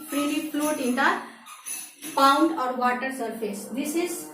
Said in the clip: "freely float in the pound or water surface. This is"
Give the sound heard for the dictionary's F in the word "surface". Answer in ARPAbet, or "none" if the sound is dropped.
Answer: P